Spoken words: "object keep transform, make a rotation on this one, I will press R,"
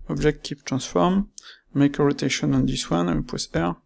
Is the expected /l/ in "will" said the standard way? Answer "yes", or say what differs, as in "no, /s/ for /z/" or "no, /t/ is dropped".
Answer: no, /n/ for /l/